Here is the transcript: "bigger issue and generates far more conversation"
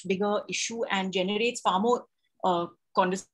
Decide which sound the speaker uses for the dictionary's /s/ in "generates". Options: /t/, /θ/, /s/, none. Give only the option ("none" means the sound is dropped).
/s/